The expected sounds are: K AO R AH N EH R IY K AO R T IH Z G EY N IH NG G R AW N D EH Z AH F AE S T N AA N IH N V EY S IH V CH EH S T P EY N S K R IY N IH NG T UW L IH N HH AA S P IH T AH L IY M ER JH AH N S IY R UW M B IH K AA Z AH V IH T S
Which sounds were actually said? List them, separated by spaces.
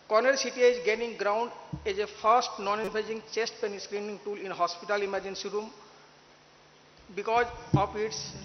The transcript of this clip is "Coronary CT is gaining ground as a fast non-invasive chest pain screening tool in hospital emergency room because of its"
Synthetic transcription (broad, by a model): K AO R N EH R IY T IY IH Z G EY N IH NG G R AW N D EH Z AH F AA S T N AA N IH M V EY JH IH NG CH EH S T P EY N S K R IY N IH NG T UW L IH N HH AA S P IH T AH L IY M ER JH AH N S IY R UW M B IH K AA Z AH P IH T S